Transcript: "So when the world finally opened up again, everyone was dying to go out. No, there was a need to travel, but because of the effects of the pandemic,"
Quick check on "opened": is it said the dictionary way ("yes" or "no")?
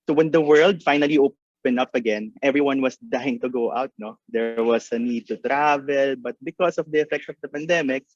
no